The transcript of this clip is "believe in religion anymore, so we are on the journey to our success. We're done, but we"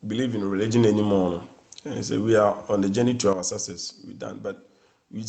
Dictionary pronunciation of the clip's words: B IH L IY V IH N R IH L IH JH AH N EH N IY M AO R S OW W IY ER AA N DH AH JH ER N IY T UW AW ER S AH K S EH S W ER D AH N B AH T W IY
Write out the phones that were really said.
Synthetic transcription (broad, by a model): B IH L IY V IH N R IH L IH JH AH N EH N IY M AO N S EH W IY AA AA N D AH JH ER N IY T UW AW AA S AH S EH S W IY D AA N B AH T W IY